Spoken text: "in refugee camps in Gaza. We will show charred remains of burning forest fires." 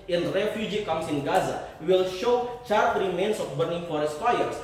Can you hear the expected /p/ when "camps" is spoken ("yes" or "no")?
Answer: no